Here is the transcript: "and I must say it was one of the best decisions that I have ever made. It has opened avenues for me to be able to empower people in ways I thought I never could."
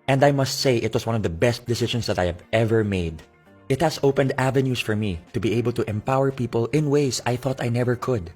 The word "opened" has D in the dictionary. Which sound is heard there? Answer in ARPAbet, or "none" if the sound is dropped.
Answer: D